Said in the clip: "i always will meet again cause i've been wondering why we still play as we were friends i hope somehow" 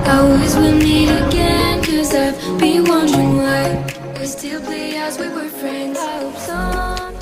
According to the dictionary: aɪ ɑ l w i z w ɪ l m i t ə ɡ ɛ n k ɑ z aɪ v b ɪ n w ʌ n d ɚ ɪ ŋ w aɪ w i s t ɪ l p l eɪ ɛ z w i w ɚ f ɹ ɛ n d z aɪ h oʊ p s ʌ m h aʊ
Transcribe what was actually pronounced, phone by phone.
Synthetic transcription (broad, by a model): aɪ ɑ l w i z w ɪ l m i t ə ɡ ɛ n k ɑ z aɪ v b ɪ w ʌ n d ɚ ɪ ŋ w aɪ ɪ s t ɪ l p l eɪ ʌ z w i w ɚ f ɹ ɛ n d z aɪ h oʊ p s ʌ